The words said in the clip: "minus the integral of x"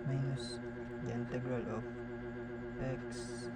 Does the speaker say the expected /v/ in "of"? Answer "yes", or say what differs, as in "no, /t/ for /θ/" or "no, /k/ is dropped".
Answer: no, /p/ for /v/